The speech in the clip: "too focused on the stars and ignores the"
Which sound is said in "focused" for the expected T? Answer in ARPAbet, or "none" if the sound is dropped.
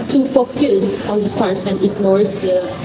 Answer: none